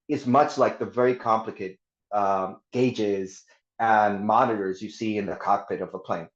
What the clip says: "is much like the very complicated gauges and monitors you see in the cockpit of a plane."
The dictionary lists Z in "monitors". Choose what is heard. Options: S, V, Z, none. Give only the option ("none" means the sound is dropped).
Z